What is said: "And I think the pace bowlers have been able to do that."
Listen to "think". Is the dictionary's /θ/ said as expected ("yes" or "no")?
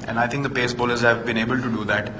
no